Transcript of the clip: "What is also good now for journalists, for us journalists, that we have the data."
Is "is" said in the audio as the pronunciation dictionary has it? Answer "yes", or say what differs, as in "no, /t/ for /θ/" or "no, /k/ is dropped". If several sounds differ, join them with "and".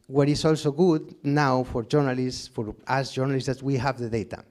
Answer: no, /s/ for /z/